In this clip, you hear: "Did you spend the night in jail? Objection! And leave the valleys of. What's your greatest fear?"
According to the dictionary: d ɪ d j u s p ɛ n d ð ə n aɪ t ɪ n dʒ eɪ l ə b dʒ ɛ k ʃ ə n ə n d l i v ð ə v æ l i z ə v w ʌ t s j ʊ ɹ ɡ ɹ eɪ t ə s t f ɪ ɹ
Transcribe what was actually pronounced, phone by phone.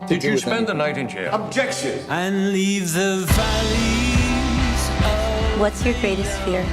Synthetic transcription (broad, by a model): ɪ s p ɛ n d ð ə n aɪ t ɪ n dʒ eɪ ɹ ə b dʒ ɛ k ʃ ə n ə n l i v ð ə v æ l i z w ʌ t s j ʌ ɹ ɡ ɹ eɪ t ə s t f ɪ ɹ